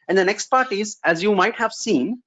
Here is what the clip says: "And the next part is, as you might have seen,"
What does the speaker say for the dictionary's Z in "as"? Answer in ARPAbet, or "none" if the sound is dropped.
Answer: Z